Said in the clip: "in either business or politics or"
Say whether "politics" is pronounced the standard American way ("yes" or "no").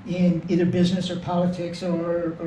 yes